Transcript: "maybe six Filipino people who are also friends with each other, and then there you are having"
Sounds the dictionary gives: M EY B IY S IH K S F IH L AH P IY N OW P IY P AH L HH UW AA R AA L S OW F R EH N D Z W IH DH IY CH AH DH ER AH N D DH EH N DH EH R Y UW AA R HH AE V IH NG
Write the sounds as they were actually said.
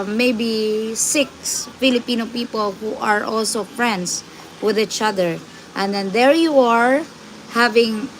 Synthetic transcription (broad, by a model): M EY B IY S IH K S F IH L AH P IY N OW P IY P AH L HH UW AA R AA L S OW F R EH N D S W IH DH IY CH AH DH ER AH N D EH N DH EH R Y UW AA R HH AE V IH NG